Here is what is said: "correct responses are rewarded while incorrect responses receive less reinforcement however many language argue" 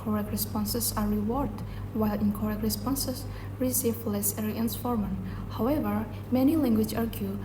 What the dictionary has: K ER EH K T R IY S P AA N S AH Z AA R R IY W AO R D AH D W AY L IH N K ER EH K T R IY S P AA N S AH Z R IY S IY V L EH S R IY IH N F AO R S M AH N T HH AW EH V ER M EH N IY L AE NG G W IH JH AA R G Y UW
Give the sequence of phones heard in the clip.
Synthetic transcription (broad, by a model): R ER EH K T R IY S P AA N S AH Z AA R R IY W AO R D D W AY L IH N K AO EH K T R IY S P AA N S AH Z R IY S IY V L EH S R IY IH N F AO R M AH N HH AW EH V ER M EH N IY L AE NG G W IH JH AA R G Y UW